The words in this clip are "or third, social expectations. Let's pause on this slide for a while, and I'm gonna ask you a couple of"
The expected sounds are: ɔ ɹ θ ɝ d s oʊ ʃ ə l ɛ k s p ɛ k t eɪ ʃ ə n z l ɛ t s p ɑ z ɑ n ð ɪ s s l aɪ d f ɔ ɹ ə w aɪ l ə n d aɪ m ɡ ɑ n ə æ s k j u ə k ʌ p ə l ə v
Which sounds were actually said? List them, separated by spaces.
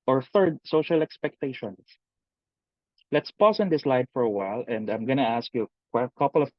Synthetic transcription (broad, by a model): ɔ ɹ θ ɝ d s oʊ ʃ ə l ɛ k s p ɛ k t eɪ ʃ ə n s l ɛ t s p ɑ s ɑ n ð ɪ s s l aɪ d f ɔ ɹ ə w aɪ l ə n d aɪ m ɡ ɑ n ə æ s k j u ə k ʌ p ə l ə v